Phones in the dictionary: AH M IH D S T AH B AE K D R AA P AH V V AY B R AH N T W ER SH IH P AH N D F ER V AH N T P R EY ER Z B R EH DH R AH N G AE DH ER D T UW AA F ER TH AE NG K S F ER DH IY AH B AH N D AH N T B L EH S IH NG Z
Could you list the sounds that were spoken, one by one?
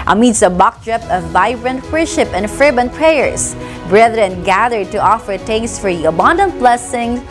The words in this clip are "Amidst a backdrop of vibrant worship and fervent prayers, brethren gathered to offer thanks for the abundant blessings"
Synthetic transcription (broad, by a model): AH M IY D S AH B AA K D R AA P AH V V AY B R AH N T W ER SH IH P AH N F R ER B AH N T P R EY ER S B R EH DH R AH N G AE DH ER D T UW AA F ER T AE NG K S F ER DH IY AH B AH N D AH N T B L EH S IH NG